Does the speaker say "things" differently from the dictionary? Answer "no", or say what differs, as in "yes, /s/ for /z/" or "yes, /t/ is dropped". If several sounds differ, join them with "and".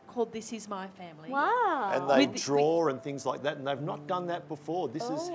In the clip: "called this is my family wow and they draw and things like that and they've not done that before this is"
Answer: no